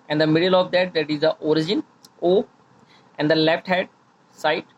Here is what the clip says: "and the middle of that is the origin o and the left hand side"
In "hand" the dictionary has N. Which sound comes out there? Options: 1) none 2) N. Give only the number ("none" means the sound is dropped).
1